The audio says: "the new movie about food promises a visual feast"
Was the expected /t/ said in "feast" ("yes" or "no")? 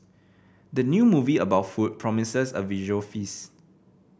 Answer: no